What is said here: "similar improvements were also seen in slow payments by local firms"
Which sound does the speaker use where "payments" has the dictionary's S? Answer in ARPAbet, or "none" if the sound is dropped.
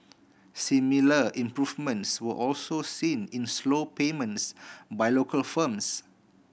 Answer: S